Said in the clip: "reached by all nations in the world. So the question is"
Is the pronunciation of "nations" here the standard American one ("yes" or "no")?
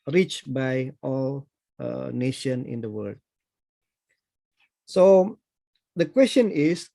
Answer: no